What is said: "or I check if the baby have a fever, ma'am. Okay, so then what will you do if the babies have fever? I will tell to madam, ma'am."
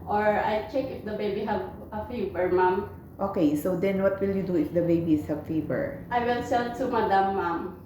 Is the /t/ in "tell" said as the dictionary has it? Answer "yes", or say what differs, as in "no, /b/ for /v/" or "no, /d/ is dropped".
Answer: no, /s/ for /t/